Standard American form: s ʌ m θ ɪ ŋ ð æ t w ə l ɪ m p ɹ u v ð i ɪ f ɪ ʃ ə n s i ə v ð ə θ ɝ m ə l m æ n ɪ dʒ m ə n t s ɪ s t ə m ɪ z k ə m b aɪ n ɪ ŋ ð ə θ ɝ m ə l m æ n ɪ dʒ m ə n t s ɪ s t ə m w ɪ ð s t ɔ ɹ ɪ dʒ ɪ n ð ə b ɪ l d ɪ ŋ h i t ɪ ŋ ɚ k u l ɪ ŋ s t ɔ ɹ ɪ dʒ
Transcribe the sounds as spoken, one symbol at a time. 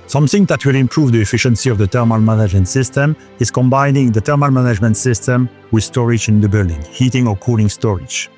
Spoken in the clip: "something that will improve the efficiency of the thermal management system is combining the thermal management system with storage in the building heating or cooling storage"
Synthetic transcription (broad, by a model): s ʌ m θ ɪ ŋ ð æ t w ə l ɪ m p ɹ u v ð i ɪ f ɪ ʃ ə n s i ə v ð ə t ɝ m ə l m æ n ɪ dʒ m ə n t s ɪ s t ə m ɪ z k ə m b aɪ n ɪ ŋ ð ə t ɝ m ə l m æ n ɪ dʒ m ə n t s ɪ s t ə m w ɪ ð s t ɔ ɹ ɪ dʒ ɪ n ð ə b ɪ l d ɪ ŋ h i t ɪ ŋ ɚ k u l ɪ ŋ s t ɔ ɹ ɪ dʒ